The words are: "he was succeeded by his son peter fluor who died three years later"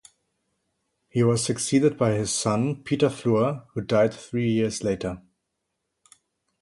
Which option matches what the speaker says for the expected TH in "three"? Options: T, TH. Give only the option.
TH